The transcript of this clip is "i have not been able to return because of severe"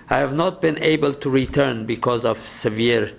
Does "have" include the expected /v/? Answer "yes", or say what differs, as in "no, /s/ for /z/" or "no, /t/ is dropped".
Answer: yes